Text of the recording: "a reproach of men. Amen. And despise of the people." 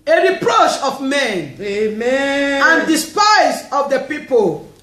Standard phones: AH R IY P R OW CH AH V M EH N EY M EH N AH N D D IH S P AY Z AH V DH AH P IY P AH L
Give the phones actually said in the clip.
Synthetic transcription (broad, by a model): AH R IY P R OW CH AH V M EH N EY M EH AH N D D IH S P AY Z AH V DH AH P IY P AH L